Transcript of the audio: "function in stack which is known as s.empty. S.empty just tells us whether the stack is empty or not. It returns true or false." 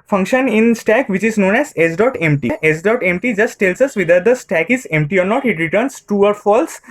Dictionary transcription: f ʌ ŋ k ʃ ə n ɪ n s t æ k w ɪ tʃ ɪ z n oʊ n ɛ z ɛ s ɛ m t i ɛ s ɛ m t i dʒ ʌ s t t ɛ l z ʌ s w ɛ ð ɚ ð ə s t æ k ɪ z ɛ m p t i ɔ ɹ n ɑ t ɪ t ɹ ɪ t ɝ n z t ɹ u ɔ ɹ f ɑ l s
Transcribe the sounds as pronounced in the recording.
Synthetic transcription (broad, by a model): f ʌ ŋ k ʃ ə n ɪ n s t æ k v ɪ tʃ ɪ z n oʊ n ɛ z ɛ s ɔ m t i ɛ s ɛ m t i dʒ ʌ s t t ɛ l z ʌ s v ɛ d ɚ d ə s t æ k ɪ z ɛ m p t i ɔ ɹ n ɑ t ɪ t ɹ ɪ t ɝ n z t u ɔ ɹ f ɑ l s